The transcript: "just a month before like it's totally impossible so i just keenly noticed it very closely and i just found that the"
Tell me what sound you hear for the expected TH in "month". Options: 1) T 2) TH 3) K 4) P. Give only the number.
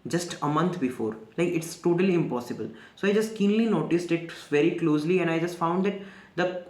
1